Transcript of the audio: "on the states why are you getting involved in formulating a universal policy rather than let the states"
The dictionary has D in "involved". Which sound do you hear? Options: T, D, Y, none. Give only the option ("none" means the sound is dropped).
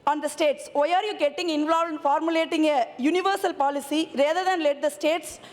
none